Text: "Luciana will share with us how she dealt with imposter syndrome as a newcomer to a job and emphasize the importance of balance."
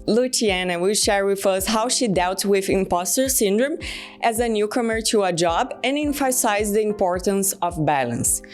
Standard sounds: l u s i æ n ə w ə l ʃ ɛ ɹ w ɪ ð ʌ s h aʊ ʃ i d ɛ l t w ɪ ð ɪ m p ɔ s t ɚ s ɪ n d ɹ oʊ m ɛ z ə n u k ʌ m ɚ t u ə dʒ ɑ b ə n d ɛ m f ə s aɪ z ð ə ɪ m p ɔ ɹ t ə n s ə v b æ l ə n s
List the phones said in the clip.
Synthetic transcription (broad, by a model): l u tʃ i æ n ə w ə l ʃ ɛ ɹ w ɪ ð ʌ s h aʊ ʃ i d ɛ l t w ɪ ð ɪ m p ɔ s t ɚ s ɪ n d ɹ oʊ m ɛ z ə n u k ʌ m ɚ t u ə dʒ ɑ b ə n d ɛ m f ə s aɪ z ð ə ɪ m p ɔ ɹ t ə n s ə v b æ l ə n s